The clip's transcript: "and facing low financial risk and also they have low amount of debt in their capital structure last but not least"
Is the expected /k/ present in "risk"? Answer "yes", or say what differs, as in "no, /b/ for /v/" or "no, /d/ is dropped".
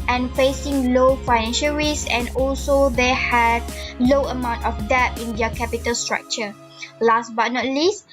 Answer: no, /k/ is dropped